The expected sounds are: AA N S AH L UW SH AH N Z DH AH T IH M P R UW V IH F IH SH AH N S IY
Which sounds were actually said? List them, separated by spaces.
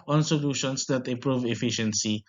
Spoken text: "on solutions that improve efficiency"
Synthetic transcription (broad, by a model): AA N S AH L UW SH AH N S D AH T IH P R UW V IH F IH SH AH N S IY